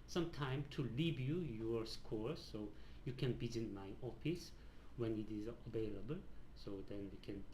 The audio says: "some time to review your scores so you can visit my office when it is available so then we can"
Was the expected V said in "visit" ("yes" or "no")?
no